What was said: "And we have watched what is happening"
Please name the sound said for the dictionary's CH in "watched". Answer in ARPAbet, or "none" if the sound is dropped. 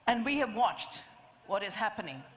CH